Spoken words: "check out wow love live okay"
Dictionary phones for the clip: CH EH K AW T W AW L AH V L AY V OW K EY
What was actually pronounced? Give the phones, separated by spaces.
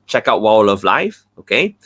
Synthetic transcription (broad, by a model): CH EH K AW T W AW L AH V L AY F OW K EY